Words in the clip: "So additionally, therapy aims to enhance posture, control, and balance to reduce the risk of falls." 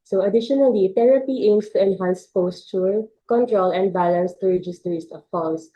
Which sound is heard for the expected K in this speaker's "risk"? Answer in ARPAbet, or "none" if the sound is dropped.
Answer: none